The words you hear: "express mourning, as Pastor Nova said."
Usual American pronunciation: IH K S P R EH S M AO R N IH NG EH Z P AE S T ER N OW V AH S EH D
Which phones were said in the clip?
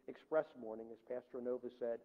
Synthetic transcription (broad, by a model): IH K S P R EH S M AO R N IH NG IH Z P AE S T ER N OW V AH S EH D